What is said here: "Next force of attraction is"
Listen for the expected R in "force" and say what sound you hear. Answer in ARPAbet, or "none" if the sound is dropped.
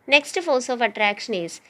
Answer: L